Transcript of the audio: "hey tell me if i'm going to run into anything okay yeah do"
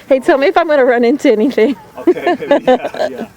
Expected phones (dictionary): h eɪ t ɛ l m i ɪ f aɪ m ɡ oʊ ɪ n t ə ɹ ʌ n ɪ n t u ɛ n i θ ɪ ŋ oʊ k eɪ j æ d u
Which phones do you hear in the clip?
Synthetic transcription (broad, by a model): h eɪ t ɛ l m i ɪ f aɪ m ɡ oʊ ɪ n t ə ɹ ʌ n ɪ n t u ɛ n i θ ɪ ŋ